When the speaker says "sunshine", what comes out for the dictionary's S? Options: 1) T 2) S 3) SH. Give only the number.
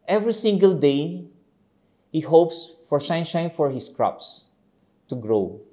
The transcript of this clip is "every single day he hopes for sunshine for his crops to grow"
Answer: 3